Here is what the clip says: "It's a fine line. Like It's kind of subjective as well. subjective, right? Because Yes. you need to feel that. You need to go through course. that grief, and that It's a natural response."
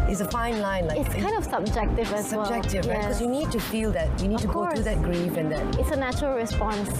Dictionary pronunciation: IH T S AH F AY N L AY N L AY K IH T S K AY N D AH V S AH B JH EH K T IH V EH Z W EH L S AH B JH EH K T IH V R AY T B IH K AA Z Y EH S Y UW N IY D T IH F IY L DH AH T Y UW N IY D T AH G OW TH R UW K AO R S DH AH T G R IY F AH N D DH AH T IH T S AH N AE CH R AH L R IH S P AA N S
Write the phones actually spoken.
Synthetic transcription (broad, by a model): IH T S AH F AY N L AY N L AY IH T S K AY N D AH V S AH B JH EH K T IH V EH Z W EH L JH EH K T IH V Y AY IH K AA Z Y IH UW N IY D T IH F IY L DH AH T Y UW N IY D T AH G OW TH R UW DH AH T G R IY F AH N DH AH T IH T S AH N AE CH R AH L R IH S P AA N S